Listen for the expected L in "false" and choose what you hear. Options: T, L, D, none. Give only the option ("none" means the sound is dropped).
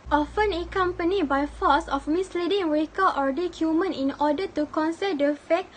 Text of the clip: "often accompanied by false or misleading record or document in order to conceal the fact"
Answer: none